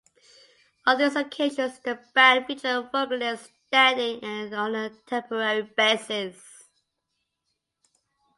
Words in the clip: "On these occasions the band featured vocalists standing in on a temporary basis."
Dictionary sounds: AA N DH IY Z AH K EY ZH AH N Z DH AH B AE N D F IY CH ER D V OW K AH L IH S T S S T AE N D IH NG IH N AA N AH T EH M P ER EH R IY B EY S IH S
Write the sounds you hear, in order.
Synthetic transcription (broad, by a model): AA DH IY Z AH K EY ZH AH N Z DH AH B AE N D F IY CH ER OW AH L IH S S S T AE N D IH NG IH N AA N AH T EH M P ER EH R IY B EY S IH S